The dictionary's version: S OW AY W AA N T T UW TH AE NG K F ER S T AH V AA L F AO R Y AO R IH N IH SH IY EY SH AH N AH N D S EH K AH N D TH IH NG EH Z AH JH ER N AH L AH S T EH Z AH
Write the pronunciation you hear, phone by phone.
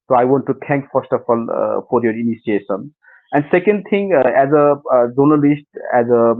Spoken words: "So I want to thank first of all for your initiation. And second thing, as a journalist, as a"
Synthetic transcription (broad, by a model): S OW AY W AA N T T UW T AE NG K F ER S T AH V AA L F AO R Y AO R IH N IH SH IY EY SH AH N AH N D S EH K AH N D T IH NG EH Z AH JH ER N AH L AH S T EH Z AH